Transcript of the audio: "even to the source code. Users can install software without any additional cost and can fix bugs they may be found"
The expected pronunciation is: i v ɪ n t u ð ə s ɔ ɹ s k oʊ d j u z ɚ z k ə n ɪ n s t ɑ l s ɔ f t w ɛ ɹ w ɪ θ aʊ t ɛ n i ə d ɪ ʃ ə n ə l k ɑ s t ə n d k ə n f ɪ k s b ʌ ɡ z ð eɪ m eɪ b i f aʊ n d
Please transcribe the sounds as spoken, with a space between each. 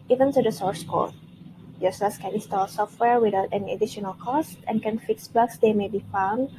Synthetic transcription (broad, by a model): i v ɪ n t u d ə s ɔ ɹ s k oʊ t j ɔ s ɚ s k ə n ɪ n s t ɑ l s ɔ f t w ɛ ɹ w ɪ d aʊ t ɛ n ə d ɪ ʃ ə n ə l k ɑ s t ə n k ə n f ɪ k s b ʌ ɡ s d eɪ m eɪ b i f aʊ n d